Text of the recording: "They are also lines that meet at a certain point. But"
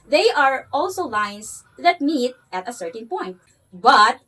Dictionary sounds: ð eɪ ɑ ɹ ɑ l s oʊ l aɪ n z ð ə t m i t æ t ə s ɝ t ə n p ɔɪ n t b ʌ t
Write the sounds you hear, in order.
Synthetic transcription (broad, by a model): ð eɪ ɑ ɹ ɑ l s oʊ l aɪ n s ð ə t m i t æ t ə s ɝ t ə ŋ p ɔɪ n t b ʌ t